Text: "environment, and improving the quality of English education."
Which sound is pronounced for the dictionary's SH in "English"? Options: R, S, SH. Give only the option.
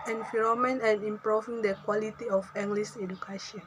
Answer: S